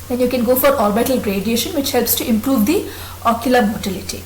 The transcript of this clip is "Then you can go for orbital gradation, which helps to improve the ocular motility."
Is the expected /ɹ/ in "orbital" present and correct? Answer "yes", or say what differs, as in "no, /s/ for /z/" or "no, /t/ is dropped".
no, /l/ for /ɹ/